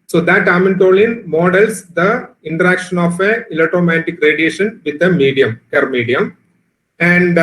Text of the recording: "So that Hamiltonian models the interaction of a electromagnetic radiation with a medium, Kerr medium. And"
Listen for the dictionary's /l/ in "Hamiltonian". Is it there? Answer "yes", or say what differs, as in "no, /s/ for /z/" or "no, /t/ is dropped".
no, /n/ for /l/